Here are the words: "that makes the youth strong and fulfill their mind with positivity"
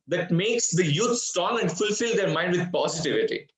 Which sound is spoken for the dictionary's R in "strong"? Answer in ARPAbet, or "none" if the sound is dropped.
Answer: none